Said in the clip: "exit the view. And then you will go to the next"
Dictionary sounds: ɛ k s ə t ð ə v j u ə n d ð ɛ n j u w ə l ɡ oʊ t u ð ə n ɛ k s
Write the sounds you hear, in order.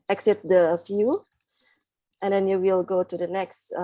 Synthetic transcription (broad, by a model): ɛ k s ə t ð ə f j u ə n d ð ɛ n j u w ə l ɡ oʊ t u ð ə n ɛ k s